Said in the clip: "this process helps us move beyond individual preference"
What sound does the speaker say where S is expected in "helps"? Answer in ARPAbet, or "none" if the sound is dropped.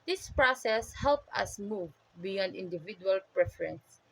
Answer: none